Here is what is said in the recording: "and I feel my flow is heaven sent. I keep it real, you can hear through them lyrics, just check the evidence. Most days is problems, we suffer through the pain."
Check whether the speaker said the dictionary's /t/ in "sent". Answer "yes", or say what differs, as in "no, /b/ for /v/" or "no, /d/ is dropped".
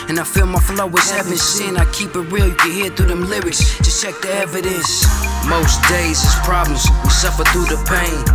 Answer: no, /t/ is dropped